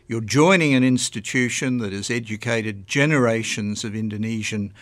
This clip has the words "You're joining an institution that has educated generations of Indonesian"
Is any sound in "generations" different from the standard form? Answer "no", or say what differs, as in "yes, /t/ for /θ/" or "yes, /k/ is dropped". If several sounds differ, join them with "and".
no